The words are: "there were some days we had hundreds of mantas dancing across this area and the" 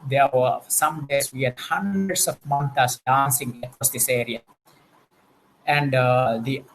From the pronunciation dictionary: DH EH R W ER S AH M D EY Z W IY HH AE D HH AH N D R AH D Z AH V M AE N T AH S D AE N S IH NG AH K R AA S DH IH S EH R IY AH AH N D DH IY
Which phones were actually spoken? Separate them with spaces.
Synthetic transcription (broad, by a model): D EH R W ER S AH M D EY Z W IY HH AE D HH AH N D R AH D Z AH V M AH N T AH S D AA N S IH NG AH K AA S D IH S EH R IY AH AH N D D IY